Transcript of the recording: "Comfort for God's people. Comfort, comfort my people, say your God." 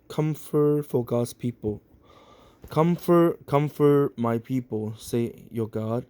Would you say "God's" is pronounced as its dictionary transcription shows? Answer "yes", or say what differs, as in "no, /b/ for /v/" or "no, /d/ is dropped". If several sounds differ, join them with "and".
no, /s/ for /z/